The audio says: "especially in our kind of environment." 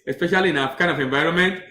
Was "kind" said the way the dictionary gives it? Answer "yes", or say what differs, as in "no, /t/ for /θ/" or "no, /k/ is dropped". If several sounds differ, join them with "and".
no, /d/ is dropped